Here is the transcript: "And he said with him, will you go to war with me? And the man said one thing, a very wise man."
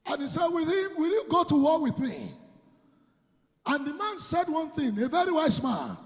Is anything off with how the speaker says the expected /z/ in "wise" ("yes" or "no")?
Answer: yes